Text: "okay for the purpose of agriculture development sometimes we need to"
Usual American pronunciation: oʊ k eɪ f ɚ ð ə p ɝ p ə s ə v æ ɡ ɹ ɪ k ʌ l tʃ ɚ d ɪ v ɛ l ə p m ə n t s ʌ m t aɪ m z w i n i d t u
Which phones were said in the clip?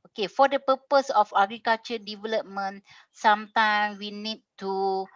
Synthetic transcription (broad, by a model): oʊ k eɪ f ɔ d ə p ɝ p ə s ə f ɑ ɡ ɹ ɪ k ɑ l tʃ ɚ d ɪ v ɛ l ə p m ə n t s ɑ m t aɪ m w i n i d t u